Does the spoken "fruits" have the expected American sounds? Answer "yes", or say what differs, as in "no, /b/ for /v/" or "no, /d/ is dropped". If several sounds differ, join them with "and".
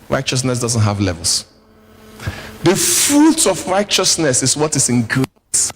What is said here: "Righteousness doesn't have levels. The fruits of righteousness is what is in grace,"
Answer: no, /s/ is dropped